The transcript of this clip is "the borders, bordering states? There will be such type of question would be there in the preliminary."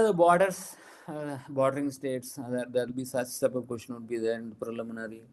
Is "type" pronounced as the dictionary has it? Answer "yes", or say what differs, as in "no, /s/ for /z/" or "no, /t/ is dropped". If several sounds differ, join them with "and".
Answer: no, /s/ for /t/